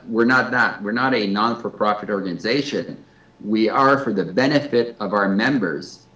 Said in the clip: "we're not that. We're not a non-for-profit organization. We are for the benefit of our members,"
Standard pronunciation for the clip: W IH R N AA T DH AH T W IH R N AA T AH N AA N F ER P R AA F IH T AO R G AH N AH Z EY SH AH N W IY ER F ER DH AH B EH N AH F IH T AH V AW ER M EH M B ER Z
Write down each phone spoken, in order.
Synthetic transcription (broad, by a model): W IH R N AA T DH AH T W IH R N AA T AH N AA N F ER P R AA F IH T AO R G AH N AH Z EY SH AH N W IY ER F ER DH AH B EH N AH F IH T AH V AW ER M EH M B ER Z